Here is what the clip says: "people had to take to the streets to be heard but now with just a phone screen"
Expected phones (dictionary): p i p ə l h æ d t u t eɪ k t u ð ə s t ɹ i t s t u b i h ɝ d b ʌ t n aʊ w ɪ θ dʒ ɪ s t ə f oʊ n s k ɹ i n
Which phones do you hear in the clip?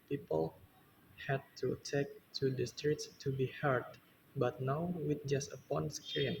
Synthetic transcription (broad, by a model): p i p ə l h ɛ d t u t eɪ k t u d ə s t ɹ i t s t u b i h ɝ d b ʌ t n aʊ w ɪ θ dʒ ɪ s t ə p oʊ n s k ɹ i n